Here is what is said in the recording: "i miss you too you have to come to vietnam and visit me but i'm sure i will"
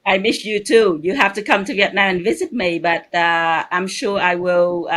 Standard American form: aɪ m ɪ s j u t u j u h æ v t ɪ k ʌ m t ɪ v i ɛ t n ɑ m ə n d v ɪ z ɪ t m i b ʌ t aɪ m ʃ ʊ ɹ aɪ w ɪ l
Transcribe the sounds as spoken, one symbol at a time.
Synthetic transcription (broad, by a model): aɪ m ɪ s j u t u j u h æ f t ɪ k ʌ m t ɪ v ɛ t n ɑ ə n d v ɪ z ɪ t m i b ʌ t aɪ m ʃ ʊ ɹ aɪ w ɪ l